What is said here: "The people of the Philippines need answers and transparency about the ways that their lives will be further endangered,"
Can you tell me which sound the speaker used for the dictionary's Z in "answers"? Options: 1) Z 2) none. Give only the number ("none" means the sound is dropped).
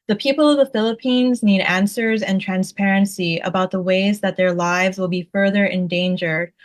1